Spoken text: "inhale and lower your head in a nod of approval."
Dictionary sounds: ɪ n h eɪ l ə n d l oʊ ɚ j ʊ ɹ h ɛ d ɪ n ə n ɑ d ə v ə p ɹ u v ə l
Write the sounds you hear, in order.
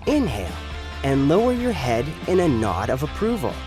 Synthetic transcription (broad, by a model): ɪ n h eɪ l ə n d l oʊ ɚ j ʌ ɹ h ɛ d ɪ n ə n ɑ d ə v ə p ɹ u v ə l